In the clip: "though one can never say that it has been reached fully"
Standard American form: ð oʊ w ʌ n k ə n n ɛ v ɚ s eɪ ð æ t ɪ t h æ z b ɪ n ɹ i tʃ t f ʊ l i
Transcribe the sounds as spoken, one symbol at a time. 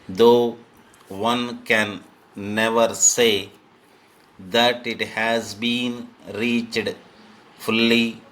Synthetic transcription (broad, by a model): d oʊ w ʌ n k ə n n ɛ v ɚ s eɪ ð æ t ɪ t h æ z b ɪ n ɹ i tʃ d f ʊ l i